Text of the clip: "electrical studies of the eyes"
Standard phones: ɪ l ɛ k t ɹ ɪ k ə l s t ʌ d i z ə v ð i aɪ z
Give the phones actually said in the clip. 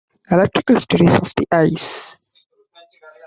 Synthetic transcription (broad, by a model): ɪ l ɛ k t ɹ ɪ k ə l s t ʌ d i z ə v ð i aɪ s